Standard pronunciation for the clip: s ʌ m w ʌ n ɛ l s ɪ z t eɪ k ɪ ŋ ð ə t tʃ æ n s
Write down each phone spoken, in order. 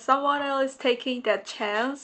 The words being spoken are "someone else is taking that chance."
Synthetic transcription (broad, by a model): s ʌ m w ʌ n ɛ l ɪ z t eɪ k ɪ ŋ ð ə t tʃ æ n s